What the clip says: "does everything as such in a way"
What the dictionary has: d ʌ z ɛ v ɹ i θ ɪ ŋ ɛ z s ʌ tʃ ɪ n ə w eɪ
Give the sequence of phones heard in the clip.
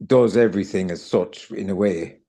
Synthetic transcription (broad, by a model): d ʌ z ɛ v ɹ i θ ɪ ŋ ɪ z s ʌ tʃ ɪ n ə w eɪ